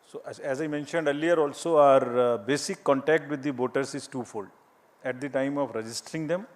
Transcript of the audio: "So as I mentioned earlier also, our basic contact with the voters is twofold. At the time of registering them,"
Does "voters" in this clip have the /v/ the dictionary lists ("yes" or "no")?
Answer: no